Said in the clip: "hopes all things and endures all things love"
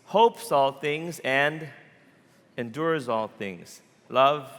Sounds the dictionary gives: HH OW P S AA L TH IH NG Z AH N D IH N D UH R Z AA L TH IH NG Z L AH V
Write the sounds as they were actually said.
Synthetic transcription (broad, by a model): HH OW P S AA L TH IH NG Z AH N D IH N D UH R Z AA L TH IH NG Z L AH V